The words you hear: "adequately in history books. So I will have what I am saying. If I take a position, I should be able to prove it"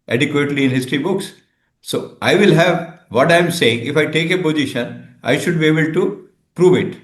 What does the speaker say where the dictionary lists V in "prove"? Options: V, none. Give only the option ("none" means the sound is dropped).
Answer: V